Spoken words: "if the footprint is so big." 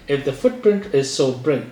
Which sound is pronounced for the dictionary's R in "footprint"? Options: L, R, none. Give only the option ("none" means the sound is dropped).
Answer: R